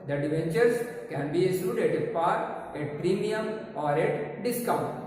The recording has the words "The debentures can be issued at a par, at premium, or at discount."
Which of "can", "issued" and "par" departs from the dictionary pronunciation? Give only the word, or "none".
issued